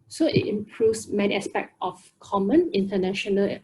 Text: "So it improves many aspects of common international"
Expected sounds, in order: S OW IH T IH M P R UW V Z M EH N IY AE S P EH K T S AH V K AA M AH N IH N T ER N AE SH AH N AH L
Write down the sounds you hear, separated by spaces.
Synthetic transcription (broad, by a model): S OW IH T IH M P R UW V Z M EH N IY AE S P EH K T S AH F K AA M AH N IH N T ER N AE SH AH N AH L